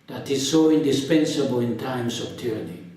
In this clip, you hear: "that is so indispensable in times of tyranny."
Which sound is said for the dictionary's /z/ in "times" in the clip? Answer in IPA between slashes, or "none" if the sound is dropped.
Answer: /s/